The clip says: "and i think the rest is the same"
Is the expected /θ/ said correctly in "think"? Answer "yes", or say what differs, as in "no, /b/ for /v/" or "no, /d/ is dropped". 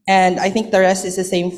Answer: yes